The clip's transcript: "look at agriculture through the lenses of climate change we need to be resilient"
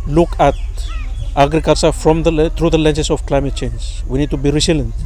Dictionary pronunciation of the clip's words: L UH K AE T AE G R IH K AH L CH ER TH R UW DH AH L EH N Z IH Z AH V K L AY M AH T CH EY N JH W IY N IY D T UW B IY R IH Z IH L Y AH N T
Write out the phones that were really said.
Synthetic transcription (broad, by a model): L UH K AE T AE G R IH K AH L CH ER T R UW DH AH L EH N S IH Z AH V K L AY M AH T CH EY N JH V IY N IY D T UW B IY R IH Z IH L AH N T